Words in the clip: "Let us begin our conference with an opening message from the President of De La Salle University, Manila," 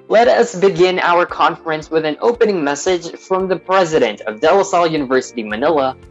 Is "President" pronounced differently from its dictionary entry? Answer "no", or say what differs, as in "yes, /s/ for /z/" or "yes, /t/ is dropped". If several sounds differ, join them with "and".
no